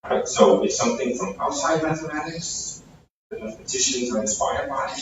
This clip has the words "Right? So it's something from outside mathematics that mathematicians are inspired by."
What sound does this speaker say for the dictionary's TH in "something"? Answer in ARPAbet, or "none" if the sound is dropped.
TH